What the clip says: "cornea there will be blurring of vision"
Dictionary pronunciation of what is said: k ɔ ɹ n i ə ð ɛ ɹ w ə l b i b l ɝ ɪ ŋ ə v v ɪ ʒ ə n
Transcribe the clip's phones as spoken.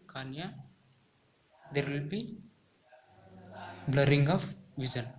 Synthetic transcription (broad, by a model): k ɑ n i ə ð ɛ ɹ w ə l b i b l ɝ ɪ ŋ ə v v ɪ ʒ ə n